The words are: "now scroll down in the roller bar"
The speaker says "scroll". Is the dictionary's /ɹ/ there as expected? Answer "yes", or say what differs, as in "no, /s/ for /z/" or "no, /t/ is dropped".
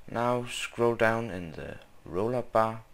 yes